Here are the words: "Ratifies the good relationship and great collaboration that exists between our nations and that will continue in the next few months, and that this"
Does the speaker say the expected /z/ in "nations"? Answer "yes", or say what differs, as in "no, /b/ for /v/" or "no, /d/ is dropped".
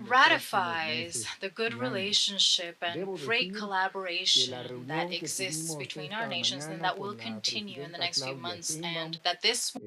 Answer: yes